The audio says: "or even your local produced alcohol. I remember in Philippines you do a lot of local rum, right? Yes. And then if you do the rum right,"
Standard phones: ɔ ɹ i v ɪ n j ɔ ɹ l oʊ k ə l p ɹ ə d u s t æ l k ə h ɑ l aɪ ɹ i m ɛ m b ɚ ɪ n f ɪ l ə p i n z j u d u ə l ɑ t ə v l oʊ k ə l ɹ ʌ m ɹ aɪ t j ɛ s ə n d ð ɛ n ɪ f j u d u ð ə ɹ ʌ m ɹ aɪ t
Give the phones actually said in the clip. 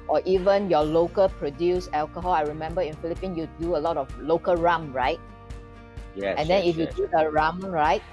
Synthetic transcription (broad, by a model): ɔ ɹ i v ɪ n j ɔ l oʊ k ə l p ɹ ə d u s ɛ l k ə h ɑ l aɪ ɹ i m ɛ m b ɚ ɪ n f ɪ l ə p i n j u d u ə l ɑ t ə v l oʊ k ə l ɹ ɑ m ɹ aɪ t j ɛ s ə n d ɛ n ɪ f j u d u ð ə ɹ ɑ m ɹ aɪ t